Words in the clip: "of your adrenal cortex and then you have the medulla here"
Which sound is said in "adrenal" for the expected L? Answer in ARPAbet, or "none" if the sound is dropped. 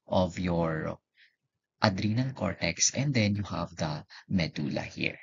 N